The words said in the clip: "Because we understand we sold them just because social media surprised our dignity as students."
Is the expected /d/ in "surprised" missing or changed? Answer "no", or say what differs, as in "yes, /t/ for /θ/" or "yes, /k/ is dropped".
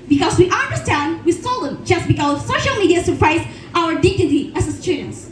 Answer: yes, /d/ is dropped